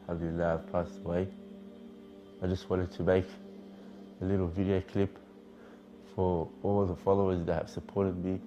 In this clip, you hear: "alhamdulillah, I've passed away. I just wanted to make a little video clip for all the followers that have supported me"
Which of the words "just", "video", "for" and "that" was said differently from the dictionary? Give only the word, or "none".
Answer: none